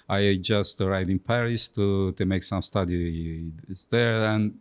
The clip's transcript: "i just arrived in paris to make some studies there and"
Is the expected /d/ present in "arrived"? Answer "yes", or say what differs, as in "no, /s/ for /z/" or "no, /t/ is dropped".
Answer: no, /d/ is dropped